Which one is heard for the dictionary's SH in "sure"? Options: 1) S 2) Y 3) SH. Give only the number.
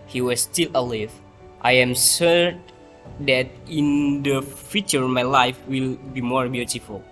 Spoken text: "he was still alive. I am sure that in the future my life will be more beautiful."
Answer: 1